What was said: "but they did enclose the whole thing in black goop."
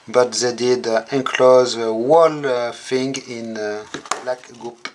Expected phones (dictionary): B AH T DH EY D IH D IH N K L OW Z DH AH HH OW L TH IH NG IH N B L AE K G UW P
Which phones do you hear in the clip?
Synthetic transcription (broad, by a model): B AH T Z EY D IH D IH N K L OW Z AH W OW L F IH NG IH N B L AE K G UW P